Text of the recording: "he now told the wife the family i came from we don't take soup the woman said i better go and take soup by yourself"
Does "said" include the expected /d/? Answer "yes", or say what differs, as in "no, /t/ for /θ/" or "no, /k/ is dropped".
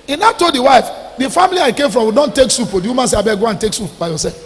no, /d/ is dropped